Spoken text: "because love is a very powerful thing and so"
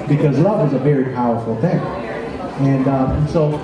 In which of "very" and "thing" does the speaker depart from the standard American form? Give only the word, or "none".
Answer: none